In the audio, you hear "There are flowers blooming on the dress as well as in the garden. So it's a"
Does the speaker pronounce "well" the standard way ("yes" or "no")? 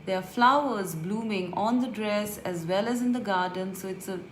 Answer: yes